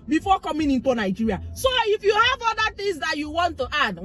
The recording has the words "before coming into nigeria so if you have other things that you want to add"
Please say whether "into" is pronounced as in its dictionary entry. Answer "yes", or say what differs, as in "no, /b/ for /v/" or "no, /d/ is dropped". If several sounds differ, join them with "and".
yes